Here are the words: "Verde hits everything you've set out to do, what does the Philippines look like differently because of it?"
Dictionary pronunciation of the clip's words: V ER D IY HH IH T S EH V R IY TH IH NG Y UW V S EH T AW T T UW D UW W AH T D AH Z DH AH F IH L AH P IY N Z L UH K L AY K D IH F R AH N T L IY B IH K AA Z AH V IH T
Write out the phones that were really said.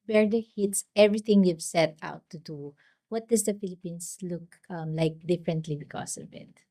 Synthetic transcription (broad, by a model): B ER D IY HH IH T S EH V R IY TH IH NG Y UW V S EH T AW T T UW D UW W AH T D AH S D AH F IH L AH P IY N S L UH K L AY K D IH F R AH N T L IY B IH K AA S AH V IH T